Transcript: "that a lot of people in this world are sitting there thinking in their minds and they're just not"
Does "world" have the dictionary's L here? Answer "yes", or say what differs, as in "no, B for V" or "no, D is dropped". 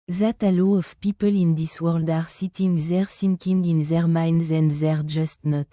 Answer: yes